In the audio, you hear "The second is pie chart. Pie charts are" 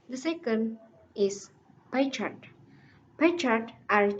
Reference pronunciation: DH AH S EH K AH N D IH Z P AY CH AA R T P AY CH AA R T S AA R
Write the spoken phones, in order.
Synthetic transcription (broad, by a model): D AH S EH K AH N D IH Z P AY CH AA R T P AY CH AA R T AA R